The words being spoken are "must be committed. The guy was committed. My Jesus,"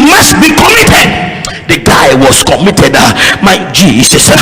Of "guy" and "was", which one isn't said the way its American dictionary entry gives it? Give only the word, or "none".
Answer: was